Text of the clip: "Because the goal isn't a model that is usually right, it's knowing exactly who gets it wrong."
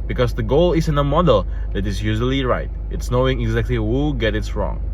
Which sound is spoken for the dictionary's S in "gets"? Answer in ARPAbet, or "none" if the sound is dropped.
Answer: none